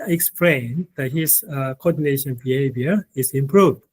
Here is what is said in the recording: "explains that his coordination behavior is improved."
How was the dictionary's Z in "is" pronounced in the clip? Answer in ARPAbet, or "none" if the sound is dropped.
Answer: S